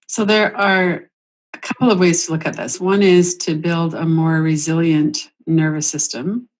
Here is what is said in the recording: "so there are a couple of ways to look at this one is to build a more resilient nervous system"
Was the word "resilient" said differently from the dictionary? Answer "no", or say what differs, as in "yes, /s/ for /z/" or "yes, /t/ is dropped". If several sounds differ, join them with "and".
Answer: no